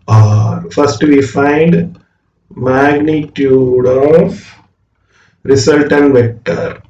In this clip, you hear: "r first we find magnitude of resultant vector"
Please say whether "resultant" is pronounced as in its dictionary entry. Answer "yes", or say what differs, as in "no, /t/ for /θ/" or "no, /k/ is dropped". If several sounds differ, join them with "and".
no, /s/ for /z/